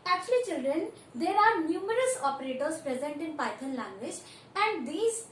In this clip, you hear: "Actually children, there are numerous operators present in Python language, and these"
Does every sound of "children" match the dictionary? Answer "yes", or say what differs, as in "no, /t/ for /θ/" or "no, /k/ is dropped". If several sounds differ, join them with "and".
yes